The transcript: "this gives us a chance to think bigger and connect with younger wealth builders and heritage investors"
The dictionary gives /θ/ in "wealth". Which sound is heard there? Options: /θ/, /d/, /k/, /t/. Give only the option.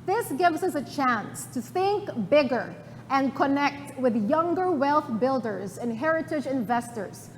/θ/